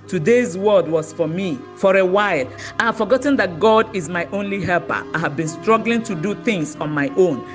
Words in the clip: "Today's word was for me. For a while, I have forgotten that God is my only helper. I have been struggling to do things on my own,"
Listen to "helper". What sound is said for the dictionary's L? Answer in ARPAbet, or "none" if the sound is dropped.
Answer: L